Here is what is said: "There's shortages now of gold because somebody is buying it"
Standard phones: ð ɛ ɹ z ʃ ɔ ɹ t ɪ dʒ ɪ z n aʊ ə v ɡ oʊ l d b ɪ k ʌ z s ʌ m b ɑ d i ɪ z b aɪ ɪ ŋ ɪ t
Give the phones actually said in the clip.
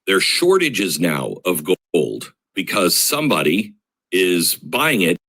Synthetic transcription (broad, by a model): ð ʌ ɹ ʃ ɔ ɹ t ɪ dʒ ɪ z n aʊ ə v ɡ oʊ l d b ɪ k ʌ z s ʌ m b ɑ d i ɪ z b aɪ ɪ ŋ ɪ t